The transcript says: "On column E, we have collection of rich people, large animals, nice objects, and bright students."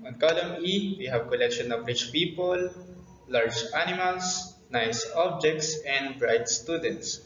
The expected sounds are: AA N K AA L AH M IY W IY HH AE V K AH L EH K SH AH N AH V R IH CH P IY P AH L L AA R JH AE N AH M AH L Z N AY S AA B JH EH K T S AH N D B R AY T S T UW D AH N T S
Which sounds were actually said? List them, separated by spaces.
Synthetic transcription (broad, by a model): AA N K AA L AH M IY W IY HH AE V K AH L EH K SH AH N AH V R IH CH P IY P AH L L AA R JH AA N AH M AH L S N AY S AA B JH EH K T S AH N D B R AY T S T UW D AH N T S